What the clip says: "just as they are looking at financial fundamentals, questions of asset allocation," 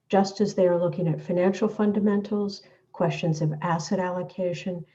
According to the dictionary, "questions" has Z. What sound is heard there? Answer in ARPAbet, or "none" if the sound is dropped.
Z